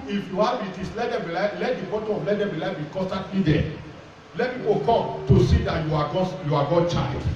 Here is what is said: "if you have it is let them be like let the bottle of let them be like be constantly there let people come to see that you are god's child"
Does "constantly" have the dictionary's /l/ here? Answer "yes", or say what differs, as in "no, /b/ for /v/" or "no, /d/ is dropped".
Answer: no, /l/ is dropped